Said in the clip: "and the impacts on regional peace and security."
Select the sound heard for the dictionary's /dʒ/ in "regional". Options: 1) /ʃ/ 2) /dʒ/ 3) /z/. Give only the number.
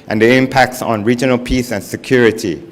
2